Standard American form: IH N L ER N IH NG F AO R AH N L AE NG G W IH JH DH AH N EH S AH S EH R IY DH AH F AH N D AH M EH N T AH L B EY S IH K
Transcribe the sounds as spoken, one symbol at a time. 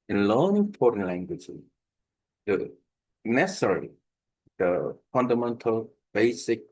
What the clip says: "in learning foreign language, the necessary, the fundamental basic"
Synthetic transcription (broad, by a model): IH N L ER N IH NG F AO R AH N L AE NG G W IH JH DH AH N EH S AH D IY L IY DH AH F AH N D AH M EH N T AH L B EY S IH K